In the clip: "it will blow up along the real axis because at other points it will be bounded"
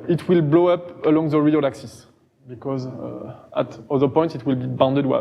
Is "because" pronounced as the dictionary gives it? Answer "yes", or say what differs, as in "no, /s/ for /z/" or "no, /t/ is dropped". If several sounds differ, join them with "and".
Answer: yes